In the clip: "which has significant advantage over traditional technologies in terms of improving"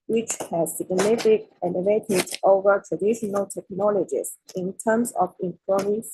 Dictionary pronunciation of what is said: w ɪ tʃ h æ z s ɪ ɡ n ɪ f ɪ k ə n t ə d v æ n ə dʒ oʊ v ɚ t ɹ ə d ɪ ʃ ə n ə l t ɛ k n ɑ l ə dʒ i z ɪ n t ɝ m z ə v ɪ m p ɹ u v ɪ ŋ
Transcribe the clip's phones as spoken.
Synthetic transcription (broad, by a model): w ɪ tʃ h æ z s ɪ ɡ n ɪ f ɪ k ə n ə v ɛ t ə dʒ oʊ v ɚ t ɹ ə d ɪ ʃ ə n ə l t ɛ k n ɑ l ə dʒ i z ɪ n t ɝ m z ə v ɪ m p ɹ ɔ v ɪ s